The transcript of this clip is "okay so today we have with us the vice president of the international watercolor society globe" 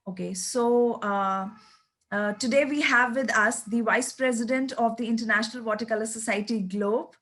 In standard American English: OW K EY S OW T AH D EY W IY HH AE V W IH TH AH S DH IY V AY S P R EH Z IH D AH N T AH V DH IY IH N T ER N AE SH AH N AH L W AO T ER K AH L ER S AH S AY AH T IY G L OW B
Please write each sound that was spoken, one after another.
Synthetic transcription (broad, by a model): OW K EY S OW T AH D EY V IY HH AE V IH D AH S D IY V AY S P R EH Z IH D AH N T AH V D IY IH N T ER N AE SH AH N AH L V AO T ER K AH L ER S AH S AY AH T IY G L OW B